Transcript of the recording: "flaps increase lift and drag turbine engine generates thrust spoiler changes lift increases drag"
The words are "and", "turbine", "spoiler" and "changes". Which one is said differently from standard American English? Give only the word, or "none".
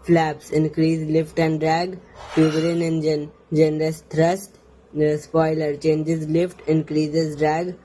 turbine